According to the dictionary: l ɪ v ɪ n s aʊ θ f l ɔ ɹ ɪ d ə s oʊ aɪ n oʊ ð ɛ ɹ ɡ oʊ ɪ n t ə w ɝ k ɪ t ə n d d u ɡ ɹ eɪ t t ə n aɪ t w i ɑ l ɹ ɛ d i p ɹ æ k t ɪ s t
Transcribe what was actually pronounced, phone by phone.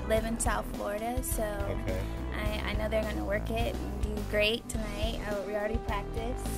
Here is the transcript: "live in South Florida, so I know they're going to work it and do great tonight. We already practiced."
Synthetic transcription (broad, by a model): l ɪ v ɪ n s aʊ θ f l ɔ ɹ ɪ d ə s oʊ aɪ n oʊ ð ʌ ɹ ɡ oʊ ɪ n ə w ɝ k ɪ t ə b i ɡ ɹ eɪ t t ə n aɪ t w i l ɹ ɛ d i p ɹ æ k t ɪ s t